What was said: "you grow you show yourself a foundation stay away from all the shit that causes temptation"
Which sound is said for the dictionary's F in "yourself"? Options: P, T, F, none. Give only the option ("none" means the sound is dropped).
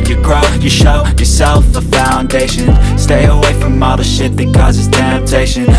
F